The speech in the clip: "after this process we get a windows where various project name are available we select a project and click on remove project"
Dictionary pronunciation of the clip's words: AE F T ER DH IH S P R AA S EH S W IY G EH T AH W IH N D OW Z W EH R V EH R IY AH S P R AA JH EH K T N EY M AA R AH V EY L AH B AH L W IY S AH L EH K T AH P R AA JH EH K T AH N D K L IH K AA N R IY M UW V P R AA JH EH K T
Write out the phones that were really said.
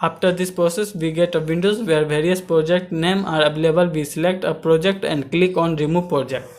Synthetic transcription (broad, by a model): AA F T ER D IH S P R AA S EH S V IY G EH T AH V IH N D OW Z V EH R V EH R IY AH S P R AA JH EH K T N EY M AA R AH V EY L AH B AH L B IY S AH L EH K T AH P R AA JH EH K T AH N D K L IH K AA N R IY M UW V P R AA JH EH K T